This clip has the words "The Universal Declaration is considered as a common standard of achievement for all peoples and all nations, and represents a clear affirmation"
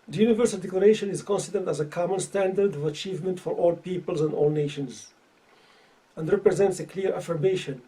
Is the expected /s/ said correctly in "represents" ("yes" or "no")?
yes